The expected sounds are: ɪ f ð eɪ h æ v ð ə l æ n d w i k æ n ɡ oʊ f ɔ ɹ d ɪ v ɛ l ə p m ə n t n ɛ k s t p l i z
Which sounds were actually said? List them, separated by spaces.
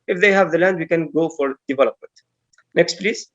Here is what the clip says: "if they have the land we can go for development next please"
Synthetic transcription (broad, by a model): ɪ f ð eɪ h æ v ð ə l æ n d w i k æ n ɡ oʊ f ɔ ɹ d ɪ v ɛ l ə p m ə n t n ɛ k s t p l i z